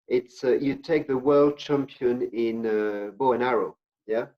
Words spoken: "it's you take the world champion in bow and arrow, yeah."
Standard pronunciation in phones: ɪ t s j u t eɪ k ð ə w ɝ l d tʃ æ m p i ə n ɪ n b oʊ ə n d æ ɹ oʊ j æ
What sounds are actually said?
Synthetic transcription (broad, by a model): ɪ t s j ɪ t eɪ k ð ə w ɝ l d tʃ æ m p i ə n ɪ n b oʊ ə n æ ɹ oʊ j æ